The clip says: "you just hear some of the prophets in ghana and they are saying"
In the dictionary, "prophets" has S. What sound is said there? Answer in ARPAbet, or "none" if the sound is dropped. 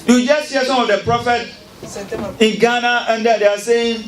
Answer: none